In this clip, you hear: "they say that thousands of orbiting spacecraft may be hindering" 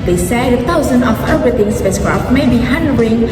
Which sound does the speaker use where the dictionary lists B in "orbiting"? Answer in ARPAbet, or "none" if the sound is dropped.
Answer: none